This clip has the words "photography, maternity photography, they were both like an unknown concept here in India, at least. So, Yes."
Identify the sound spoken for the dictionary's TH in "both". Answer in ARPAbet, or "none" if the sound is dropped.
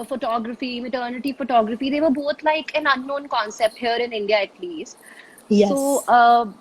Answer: T